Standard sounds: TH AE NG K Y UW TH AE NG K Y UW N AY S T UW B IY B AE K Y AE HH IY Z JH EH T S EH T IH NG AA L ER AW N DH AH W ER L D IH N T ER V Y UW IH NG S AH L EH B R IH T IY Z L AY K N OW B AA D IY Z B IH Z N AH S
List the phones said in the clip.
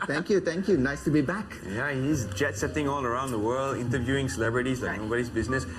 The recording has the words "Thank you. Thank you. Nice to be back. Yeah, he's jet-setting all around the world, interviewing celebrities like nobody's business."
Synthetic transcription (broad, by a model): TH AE NG K Y UW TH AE NG K Y UW N AY S T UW B IY B AE K Y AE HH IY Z JH EH T S EH T IH NG AA L ER AW N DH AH W ER L D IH N T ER V Y UW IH NG S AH L EH B R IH T IY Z L AY K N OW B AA D IY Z B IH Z N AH S